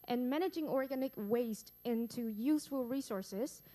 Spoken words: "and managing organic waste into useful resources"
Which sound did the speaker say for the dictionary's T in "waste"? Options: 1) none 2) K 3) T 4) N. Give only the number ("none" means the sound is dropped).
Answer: 3